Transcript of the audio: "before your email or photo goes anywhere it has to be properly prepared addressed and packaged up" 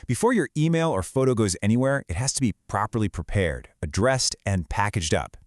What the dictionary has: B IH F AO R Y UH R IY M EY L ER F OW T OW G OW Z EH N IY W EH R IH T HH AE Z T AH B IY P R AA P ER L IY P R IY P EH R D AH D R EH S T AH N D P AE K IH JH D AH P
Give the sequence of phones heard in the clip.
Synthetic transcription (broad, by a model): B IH F AO R Y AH R IY M EY L ER F OW T OW G OW Z EH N IY W EH R IH T HH AE Z T AH B IY P R AA P ER L IY P R IY P EH R D AH D R EH S T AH N P AE K IH JH D AH P